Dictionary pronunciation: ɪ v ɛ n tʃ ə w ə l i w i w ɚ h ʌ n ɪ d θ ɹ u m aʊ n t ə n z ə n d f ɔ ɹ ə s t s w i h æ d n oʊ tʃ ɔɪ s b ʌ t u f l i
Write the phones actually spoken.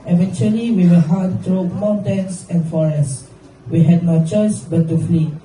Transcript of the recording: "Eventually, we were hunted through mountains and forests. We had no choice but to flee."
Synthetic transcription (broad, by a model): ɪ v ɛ n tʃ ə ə l i w i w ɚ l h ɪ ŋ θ ɹ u m aʊ n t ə n s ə n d f ɔ ɹ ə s s w i h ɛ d n oʊ tʃ ɔɪ s b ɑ t u f l i